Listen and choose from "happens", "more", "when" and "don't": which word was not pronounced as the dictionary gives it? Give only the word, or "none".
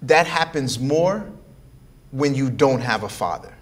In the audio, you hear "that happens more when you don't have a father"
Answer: none